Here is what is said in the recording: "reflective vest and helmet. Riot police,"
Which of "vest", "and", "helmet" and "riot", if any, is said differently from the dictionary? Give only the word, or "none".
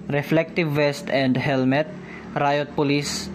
none